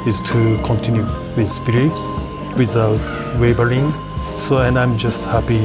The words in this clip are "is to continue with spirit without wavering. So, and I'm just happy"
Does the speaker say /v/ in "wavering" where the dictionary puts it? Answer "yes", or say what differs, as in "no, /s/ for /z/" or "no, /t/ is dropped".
no, /b/ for /v/